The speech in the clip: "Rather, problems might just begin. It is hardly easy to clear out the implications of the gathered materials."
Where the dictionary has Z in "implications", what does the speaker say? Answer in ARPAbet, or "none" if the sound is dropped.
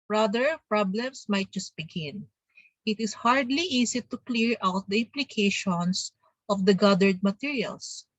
S